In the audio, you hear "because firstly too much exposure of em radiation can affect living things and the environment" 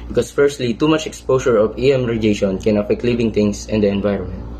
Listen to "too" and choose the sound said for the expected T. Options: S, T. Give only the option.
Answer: T